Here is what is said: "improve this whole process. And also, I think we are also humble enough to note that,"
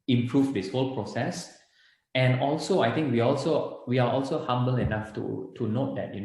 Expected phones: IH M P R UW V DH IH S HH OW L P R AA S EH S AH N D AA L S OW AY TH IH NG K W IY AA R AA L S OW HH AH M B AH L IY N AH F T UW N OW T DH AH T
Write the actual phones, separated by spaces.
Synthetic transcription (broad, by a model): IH M P R UW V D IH S HH OW L P R AA S EH S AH N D AA L S OW AY T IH NG K W IY AA L AA L S OW HH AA M B AH L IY N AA F T UW N OW T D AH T